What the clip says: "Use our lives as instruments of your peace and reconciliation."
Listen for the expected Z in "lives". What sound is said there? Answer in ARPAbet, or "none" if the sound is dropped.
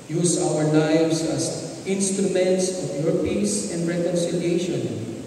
S